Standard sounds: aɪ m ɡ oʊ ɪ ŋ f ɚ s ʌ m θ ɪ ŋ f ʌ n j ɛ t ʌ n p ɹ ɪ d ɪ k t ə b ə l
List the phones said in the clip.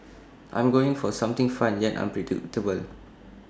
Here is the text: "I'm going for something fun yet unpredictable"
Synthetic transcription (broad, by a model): aɪ m ɡ oʊ ɪ ŋ f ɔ s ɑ m t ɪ ŋ f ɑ n j ɛ t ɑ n p ɹ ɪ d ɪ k t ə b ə l